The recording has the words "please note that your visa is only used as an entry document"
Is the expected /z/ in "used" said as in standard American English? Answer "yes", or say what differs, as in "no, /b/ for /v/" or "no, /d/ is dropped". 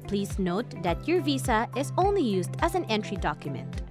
yes